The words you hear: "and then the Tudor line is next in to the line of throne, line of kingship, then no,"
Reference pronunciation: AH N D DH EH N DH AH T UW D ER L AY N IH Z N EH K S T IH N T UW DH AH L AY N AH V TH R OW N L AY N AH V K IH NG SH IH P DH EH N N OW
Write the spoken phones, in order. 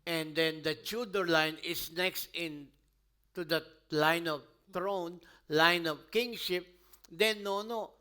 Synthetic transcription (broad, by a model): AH N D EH N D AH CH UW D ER L AY N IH S N EH K S T IH N T UW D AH L AY N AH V T R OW N L AY N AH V K IH NG SH IH P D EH N N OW